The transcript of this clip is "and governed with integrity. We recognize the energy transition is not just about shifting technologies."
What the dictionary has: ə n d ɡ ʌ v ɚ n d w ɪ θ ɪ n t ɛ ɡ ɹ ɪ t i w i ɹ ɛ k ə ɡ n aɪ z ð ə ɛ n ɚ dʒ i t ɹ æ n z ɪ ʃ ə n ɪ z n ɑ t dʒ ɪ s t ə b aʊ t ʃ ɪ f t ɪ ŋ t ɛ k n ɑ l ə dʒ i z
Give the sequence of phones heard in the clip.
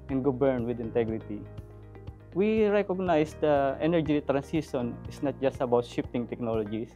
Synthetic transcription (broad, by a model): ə n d ɡ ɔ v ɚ n w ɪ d ɪ n t ɛ ɡ ɹ ɪ t i w i ɹ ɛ k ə ɡ n aɪ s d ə ɛ n ɚ dʒ i t ɹ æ n s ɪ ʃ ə n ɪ s n ɑ t dʒ ɪ s t ə b aʊ t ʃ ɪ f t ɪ ŋ t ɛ k n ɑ l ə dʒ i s